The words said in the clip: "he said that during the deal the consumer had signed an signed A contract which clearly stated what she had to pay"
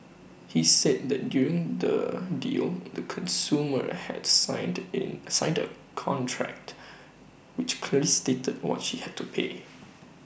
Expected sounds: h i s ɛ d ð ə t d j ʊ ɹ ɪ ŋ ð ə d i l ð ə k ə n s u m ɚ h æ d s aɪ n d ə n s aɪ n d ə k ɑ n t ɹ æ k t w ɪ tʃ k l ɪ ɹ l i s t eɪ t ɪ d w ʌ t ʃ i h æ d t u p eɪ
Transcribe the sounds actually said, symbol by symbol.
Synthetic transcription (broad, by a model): h i s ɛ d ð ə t d j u ɹ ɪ ŋ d ə d i l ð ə k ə n s u m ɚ h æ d s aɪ n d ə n s aɪ n d ə k ɑ n t ɹ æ k t w ɪ tʃ k l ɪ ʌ l i s t eɪ t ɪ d w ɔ t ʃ i h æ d t u p eɪ